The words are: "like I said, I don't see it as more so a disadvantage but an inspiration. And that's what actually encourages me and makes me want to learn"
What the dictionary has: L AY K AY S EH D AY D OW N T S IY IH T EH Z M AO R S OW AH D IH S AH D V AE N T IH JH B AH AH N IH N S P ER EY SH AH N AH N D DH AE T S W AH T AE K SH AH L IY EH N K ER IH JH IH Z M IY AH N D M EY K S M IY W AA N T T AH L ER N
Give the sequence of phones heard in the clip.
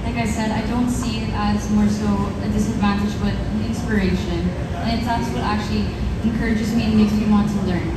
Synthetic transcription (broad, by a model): L AY K AY S EH D AY D OW N T S IY IH T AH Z M AO R S OW AH D IH S AH D V AE N T IH JH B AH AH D IH N S P ER EY SH AH N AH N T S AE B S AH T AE K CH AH L IY EH N K ER IH JH IH Z M IY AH N M EY K S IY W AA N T T AH L ER N